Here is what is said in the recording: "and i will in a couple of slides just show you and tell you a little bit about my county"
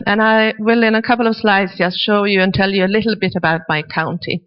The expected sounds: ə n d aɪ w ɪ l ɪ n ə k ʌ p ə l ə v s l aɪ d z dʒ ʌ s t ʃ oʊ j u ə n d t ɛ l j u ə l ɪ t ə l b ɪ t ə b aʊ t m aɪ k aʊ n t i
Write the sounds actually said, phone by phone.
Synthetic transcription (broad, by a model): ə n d aɪ w ɪ l ɪ n ə k ʌ p l ə v s l aɪ d z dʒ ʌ s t ʃ oʊ j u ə n t ɛ l j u ə l ɪ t l b ɪ t ə b aʊ t m aɪ k aʊ n t i